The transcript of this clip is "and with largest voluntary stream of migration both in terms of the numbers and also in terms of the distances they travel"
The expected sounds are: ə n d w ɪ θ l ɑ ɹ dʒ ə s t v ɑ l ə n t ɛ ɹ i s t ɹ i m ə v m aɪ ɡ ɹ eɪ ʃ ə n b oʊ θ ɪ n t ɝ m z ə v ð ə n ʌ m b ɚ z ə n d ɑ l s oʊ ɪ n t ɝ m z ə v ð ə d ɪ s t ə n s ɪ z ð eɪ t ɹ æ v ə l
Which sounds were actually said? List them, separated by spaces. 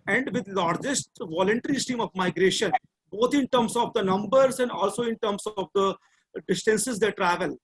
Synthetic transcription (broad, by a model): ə n d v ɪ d l ɑ ɹ dʒ ə s t v ɑ l ə n t ɛ ɹ i s t i m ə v m aɪ ɡ ɹ eɪ ʃ ə n b oʊ t ɪ n t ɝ m s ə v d ə n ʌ m b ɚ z ə n d ɑ l s oʊ ɪ n t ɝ m s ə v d ə d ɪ s t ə n s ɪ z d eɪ t ɹ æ v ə l